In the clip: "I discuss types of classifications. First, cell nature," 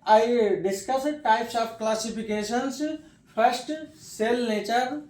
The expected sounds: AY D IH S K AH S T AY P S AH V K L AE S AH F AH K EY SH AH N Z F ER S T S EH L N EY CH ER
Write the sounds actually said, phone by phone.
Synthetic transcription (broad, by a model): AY D IH S K AH S T AY P S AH P K L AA S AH P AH K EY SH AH N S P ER S T S EH L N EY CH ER